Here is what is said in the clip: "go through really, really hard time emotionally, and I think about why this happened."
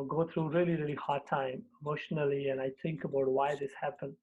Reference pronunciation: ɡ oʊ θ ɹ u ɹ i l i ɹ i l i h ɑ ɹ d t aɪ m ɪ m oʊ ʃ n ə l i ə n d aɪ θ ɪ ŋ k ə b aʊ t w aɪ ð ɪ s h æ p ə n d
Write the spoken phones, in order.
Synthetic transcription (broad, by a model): ɡ oʊ t ɹ u ɹ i l i ɹ i l i h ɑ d t aɪ m ɪ m oʊ ʃ n ə l i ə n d aɪ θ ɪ ŋ k ə b aʊ t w aɪ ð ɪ s h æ p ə n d